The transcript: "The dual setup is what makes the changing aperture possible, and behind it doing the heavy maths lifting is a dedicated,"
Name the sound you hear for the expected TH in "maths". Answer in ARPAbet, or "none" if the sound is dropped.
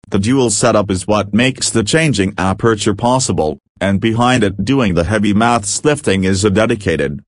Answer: TH